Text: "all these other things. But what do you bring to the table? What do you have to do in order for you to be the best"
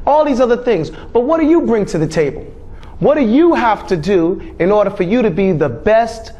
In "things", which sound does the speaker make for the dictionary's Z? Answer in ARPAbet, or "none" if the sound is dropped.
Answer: Z